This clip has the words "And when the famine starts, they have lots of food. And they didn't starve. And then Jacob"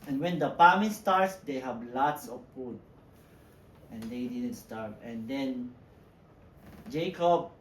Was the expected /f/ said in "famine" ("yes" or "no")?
no